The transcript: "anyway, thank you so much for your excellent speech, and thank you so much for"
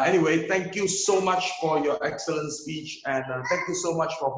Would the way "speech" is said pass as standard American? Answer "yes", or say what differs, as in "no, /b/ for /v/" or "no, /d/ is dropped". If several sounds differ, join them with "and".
yes